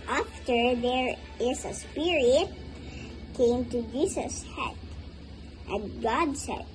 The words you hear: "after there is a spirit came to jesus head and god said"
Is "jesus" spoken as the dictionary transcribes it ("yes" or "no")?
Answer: no